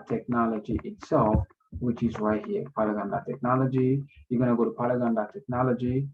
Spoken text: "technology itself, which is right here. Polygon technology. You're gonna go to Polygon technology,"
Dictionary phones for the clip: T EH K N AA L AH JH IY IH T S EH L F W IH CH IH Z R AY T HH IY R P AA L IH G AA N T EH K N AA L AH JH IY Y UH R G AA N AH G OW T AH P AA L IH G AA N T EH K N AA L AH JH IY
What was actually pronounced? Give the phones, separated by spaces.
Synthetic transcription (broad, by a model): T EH K N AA L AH JH IY IH T S EH L F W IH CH IH Z W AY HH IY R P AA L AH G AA N T EH K N AA L AH JH IY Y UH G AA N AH G OW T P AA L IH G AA N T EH K N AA L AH JH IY